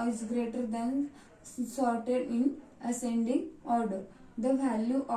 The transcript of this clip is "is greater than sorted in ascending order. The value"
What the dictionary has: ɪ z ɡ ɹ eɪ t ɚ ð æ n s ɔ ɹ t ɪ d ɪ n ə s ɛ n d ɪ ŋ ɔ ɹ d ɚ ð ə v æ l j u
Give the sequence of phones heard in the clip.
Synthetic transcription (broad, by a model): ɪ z ɡ ɹ eɪ t ɚ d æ n s ɔ ɹ t ɪ d ɪ n ə s ɛ n d ɪ ŋ ɔ ɹ d ɚ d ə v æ l j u